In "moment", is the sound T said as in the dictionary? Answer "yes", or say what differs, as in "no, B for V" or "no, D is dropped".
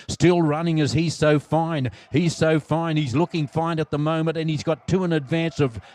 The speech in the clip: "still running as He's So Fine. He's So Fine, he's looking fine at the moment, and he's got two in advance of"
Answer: no, T is dropped